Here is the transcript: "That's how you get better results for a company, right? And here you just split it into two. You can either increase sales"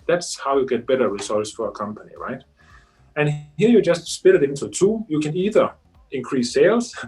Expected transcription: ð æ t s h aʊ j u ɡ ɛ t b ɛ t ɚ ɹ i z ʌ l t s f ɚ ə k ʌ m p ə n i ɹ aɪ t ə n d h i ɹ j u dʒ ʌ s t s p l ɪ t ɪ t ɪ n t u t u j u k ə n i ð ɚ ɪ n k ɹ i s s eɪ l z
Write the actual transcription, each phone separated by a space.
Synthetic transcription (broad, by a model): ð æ t s h aʊ j u ɡ ɛ t b ɛ t ɚ ɹ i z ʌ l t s f ɚ ə k ʌ m p ə n i ɹ aɪ t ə n h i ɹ j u dʒ ʌ s t s p ɪ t ɪ t ɪ n t u t u j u k ə n i ð ɚ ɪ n k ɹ i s s eɪ l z